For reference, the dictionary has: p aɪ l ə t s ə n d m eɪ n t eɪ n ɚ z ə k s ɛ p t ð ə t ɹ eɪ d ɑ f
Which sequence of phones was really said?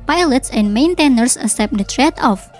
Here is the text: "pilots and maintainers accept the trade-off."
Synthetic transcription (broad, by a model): p aɪ l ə t s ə n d m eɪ n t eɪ n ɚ s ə s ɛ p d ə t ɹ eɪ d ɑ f